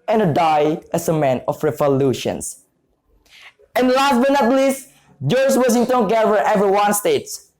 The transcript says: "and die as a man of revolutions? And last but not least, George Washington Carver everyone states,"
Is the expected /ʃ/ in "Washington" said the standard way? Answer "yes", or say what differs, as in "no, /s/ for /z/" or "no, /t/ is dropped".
no, /s/ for /ʃ/